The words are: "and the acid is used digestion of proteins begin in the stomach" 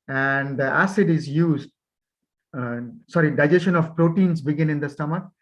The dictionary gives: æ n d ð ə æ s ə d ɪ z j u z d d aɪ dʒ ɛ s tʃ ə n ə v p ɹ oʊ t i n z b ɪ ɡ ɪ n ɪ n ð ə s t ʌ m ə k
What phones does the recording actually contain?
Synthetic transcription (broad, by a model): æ n d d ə æ s ə d ɪ z j u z d d aɪ dʒ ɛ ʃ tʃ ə n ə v p ɹ oʊ t i n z b ɪ ɡ ɪ n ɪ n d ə s t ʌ m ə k